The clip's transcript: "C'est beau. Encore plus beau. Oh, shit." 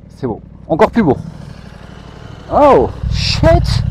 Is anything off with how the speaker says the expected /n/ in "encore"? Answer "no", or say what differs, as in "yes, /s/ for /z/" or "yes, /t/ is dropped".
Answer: yes, /n/ is dropped